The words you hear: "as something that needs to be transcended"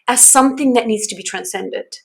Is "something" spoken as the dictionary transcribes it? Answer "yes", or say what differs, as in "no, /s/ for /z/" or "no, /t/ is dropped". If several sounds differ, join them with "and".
yes